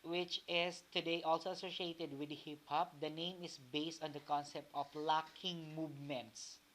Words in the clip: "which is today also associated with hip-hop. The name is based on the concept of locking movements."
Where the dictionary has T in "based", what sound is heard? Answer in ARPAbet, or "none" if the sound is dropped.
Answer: T